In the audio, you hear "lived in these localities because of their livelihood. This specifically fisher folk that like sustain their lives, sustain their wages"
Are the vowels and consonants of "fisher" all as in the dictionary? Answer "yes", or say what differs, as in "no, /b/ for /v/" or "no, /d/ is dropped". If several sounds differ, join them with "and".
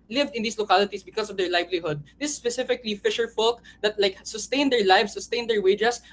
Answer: yes